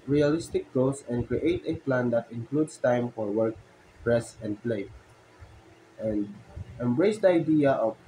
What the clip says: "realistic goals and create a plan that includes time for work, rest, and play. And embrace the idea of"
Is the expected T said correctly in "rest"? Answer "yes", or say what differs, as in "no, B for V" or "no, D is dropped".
no, T is dropped